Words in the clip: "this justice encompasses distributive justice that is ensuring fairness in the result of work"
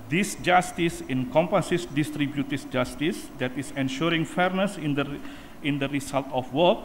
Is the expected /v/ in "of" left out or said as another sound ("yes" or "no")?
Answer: yes